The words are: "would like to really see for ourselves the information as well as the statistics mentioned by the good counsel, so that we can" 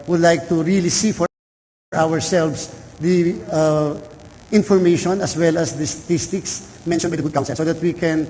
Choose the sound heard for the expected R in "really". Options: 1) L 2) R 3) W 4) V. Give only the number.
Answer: 2